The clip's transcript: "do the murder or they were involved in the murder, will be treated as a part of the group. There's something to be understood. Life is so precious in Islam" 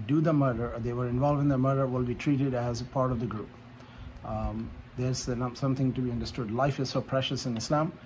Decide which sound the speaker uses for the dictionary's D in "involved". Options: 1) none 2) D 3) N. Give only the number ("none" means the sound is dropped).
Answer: 1